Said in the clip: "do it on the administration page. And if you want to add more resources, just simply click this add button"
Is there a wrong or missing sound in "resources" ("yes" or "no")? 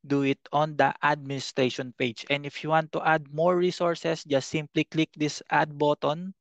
yes